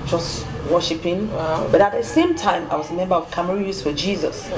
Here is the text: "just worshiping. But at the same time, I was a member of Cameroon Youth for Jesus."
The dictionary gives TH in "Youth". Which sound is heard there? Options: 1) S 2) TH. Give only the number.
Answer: 1